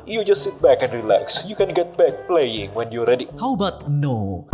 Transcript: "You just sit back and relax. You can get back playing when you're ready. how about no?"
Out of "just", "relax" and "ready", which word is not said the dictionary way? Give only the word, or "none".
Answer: none